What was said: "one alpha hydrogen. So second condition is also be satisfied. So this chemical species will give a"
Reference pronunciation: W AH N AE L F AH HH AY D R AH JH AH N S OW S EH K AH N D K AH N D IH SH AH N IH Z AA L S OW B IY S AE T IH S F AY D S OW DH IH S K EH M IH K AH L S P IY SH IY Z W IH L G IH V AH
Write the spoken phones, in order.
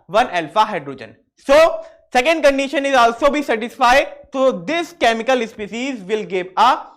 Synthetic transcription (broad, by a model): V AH N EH L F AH HH AY D R AH JH AH N S OW S EH K AH N D K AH N D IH SH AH N IH Z AA L S OW B IY S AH T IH S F AY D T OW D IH S K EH M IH K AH L S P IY S IY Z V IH L G IH V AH